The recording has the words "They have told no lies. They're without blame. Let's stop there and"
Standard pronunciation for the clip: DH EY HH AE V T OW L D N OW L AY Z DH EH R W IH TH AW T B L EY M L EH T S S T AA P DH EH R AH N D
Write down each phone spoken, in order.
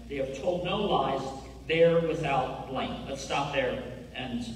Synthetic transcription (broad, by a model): DH EY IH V T OW L D N OW L AY Z DH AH R W IH TH AW T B L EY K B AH T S S T AA P DH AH R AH N